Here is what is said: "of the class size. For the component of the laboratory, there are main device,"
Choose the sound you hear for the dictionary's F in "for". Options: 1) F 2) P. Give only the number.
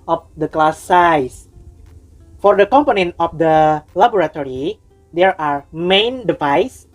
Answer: 1